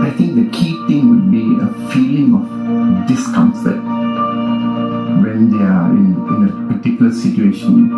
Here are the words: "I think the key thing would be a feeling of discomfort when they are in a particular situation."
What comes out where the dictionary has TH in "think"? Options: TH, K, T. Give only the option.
T